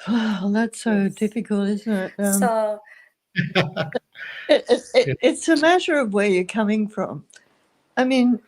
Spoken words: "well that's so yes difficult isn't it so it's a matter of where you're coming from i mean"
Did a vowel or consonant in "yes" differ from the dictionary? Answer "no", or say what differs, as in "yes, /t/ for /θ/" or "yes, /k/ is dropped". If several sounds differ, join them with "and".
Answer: yes, /s/ is dropped